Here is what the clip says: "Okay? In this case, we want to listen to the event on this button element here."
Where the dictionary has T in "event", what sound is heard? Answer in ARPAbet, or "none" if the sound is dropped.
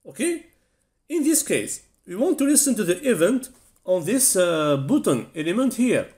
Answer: T